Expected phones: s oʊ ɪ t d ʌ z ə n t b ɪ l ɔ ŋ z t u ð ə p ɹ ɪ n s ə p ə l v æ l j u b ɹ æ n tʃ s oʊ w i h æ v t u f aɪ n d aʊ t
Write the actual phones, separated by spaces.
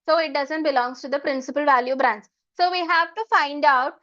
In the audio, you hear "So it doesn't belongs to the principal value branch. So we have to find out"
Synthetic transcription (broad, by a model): s oʊ ɪ t d ʌ z ə n t b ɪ l ɔ ŋ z t u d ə p ɹ ɪ n s ə p ə l v æ l j u b ɹ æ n s s oʊ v i h æ v t u f aɪ n d aʊ t